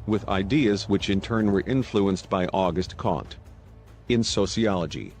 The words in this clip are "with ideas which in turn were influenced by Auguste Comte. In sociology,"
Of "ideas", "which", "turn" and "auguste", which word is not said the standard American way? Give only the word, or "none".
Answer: none